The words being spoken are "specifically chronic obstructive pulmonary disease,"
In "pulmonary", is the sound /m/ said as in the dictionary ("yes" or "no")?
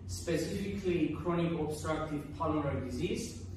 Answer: no